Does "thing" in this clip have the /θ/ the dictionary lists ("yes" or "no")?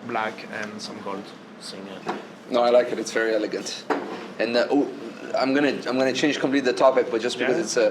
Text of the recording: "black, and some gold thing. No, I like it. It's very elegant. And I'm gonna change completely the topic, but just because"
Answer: no